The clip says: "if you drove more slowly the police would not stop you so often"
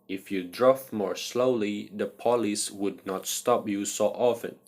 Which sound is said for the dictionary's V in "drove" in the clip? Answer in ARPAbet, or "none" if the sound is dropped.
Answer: F